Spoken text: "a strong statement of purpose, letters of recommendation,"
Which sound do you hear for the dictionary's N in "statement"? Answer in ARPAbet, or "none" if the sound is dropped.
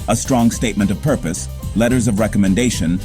N